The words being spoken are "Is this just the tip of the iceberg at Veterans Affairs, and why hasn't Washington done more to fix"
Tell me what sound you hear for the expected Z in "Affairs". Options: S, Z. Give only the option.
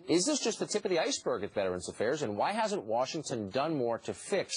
Z